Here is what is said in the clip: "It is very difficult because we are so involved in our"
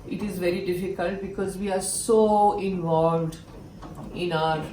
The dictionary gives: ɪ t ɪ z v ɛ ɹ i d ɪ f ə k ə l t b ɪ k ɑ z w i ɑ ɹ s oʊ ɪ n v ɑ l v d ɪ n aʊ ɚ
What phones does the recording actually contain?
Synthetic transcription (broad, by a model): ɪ t ɪ z v ɛ ɹ i d ɪ f ə k ə l t b ɪ k ɑ z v i ɑ ɹ s oʊ ɪ n v ɑ l v d ɪ n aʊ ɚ